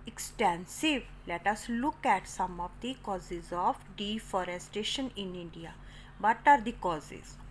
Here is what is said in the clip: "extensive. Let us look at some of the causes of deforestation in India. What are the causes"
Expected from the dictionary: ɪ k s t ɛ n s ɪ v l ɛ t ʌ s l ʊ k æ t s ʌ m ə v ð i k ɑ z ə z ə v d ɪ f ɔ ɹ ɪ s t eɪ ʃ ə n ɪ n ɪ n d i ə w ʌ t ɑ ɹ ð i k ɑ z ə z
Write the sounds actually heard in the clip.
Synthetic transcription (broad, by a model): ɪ k s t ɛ n s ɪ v l ɛ t ʌ s l ʊ k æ t s ʌ m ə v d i k ɑ z ə z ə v d ɪ f ɔ ɹ ɪ s t eɪ ʃ ə n ɪ n ɪ n d i ə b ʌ t ɑ ɹ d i k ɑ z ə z